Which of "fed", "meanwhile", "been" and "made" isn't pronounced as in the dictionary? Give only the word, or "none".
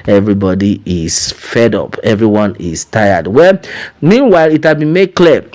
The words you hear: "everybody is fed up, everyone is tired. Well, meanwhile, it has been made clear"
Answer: none